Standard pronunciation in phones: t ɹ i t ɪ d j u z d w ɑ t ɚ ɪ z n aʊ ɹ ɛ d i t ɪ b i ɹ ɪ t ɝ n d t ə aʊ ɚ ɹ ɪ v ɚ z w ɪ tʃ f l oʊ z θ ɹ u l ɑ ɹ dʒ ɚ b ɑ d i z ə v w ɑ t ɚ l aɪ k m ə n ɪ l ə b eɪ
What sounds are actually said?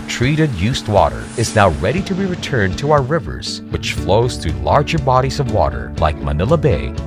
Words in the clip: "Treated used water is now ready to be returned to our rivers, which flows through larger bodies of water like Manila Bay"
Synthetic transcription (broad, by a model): t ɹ i t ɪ d j u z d w ɑ t ɚ ɪ z n aʊ ɹ ɛ d i t ɪ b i ɹ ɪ t ɝ n t ə aʊ ɚ ɹ ɪ v ɚ z w ɪ tʃ f l oʊ z θ ɹ u l ɑ ɹ dʒ ɚ b ɑ d i z ə v w ɑ t ɚ l aɪ k m ə n ɪ l ə b eɪ